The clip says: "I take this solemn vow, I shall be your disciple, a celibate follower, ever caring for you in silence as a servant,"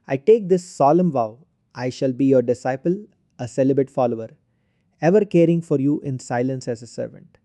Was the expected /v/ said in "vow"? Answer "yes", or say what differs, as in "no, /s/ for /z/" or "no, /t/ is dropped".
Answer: yes